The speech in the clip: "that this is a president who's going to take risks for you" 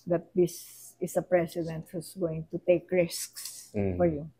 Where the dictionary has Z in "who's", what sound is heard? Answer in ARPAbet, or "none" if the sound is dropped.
S